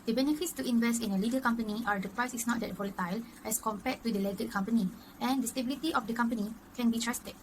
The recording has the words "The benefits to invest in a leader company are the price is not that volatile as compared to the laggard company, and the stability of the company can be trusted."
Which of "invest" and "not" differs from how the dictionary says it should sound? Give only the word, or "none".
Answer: none